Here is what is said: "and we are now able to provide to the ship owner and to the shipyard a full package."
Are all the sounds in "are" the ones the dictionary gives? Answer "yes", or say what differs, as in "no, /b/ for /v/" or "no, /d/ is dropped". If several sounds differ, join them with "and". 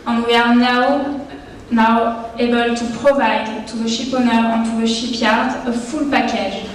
no, /w/ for /ɹ/